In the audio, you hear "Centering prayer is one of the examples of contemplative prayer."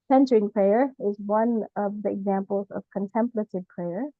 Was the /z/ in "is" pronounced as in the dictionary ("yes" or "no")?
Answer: yes